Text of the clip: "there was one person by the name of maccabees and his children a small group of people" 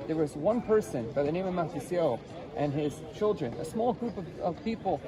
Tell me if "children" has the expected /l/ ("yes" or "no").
yes